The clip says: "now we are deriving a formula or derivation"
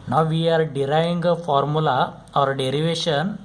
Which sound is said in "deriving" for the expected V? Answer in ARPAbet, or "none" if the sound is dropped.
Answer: none